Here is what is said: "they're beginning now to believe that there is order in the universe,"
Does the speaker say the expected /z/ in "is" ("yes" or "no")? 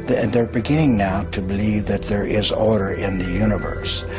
yes